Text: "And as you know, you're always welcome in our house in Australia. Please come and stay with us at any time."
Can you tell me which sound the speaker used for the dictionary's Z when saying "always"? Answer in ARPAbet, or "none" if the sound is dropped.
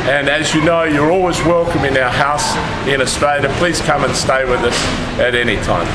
Z